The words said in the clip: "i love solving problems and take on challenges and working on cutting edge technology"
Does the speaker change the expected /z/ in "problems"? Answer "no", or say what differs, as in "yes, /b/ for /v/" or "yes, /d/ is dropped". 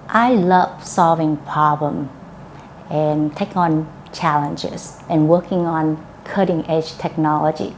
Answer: yes, /z/ is dropped